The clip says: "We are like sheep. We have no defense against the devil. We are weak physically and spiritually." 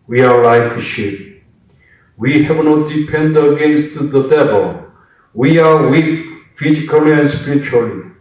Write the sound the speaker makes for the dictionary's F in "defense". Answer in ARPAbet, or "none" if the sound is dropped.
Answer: P